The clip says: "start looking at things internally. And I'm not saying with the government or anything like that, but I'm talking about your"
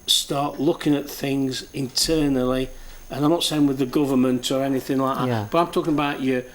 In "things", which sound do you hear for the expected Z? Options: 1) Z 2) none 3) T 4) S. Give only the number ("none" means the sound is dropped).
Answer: 1